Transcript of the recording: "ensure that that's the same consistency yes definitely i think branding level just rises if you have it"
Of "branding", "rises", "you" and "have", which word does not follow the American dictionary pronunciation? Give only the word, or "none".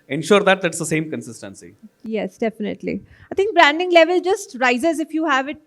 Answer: none